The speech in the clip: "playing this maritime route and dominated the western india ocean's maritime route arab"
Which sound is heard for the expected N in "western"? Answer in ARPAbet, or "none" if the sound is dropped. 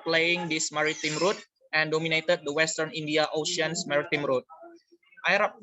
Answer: N